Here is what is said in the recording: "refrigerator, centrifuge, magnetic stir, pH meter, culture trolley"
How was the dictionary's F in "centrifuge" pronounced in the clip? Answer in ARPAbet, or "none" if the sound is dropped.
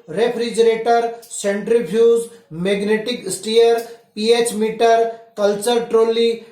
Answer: P